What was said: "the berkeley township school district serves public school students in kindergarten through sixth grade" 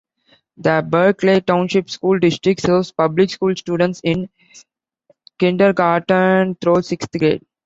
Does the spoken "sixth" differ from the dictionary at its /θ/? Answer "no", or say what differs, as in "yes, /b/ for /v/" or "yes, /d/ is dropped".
yes, /t/ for /θ/